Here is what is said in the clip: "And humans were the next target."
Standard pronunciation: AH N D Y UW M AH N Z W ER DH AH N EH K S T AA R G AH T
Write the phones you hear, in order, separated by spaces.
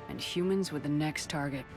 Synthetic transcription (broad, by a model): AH N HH Y UW M AH N Z W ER DH AH N EH K S T AA R G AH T